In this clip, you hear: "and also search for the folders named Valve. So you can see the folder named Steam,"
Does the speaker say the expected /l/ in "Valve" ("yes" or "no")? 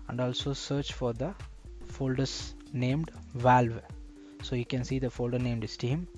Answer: yes